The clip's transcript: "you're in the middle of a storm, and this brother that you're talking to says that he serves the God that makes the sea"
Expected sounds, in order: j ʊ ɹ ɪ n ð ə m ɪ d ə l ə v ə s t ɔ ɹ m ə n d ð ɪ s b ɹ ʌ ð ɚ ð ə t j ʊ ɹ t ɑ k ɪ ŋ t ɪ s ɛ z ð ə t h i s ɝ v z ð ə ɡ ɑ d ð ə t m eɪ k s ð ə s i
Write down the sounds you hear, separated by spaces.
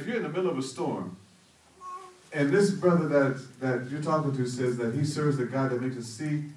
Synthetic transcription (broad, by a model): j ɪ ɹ ɪ n ð ə m ɪ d l ə v ə s t ɔ ɹ m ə n ð ɪ s b ɹ ʌ ð ɚ ð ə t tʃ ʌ ɹ t ɑ k ɪ ŋ t ɪ s ɛ z ð ə t h i s ɝ v z ð ə ɡ ɑ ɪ ð ə t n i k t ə s i